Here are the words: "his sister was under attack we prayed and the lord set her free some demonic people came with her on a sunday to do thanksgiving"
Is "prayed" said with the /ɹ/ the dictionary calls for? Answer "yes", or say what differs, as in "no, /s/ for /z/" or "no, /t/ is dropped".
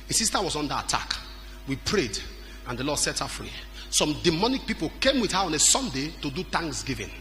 yes